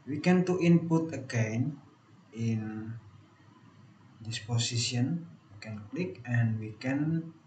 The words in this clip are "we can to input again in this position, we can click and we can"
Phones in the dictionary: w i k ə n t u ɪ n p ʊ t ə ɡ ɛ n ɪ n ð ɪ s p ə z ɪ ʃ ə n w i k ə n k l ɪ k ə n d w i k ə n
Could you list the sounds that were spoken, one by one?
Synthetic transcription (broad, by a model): w i k ə n t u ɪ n p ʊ t ə ɡ ɛ n ɪ n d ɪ s p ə s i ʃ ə n w i k ə n k l ɪ k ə n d w i k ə n